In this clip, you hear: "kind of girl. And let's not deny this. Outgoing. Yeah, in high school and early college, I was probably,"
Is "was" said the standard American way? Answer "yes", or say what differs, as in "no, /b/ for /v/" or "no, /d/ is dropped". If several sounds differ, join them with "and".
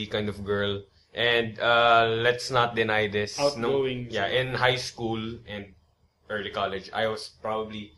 no, /s/ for /z/